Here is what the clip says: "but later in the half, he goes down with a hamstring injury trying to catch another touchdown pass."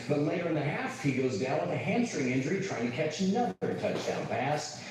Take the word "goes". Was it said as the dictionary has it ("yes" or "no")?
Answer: yes